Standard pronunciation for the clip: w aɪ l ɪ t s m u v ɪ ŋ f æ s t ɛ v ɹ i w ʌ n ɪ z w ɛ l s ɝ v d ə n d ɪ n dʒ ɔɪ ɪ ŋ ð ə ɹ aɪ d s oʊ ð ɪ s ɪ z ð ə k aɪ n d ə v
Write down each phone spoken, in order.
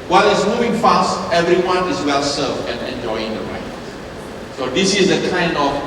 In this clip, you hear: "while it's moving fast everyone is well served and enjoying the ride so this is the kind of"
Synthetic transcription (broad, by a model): w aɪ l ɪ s m u v ɪ ŋ f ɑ s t ɛ v ɹ i w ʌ n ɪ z w ɛ l s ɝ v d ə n ɪ n dʒ ɔɪ ɪ ŋ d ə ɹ aɪ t s oʊ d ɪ s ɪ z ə k aɪ n d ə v